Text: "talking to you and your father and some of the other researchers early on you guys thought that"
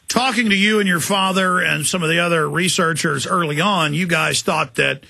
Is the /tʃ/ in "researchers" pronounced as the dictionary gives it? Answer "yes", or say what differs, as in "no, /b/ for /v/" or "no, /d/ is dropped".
yes